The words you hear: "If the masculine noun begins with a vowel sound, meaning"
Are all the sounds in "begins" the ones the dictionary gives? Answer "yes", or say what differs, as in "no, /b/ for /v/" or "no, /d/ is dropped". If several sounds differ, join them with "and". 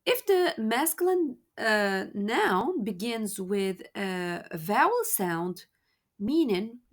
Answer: yes